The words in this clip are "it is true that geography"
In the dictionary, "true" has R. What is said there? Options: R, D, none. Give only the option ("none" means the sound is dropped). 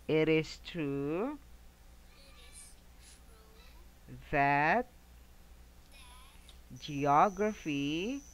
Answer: R